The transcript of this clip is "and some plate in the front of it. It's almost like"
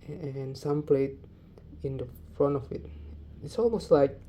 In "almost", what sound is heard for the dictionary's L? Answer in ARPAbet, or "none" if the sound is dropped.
L